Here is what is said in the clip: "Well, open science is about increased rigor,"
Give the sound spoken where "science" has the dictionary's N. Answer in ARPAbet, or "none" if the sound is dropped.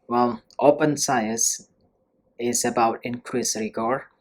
none